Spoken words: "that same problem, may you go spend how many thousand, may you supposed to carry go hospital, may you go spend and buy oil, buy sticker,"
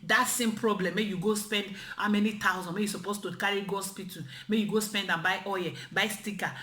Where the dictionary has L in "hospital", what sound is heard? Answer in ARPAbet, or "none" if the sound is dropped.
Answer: N